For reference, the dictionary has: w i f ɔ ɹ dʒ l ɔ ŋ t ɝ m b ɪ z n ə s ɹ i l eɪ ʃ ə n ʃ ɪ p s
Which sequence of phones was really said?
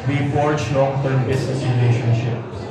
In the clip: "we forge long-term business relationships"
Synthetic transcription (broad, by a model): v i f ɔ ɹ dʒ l ɔ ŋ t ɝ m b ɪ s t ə ɹ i l eɪ ʃ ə n ʃ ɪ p